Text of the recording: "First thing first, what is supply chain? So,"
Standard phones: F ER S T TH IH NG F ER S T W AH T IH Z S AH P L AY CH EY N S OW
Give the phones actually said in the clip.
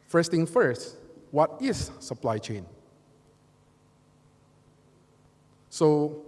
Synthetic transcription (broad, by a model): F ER S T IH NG F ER S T W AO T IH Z S AH P L AY CH EY N S OW